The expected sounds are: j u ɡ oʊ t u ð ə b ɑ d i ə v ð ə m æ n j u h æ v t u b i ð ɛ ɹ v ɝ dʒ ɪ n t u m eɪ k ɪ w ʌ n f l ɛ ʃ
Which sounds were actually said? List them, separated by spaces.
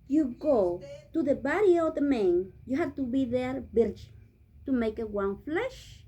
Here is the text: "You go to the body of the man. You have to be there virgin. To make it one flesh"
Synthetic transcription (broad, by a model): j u ɡ oʊ t u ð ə b ɑ d i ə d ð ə m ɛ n j u h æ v t u b i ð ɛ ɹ b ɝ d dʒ t u m eɪ k ɪ w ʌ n f l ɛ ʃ